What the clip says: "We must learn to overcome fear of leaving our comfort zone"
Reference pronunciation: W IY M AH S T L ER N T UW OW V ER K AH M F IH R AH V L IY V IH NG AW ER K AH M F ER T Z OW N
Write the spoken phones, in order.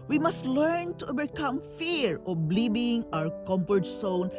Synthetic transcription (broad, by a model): W IY M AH S T L ER N T UW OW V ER K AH M F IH R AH B L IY B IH NG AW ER K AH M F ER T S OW N